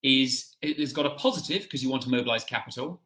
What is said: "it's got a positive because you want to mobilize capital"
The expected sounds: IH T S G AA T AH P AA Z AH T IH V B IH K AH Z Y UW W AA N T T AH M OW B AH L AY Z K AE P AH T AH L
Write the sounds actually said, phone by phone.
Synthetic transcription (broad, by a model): IH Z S G AA T AH P AA Z AH T IH V K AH Z Y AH W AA N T T AH M OW B AH L AY Z K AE P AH T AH L